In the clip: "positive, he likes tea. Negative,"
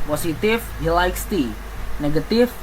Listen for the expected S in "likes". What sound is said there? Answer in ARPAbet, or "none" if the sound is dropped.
S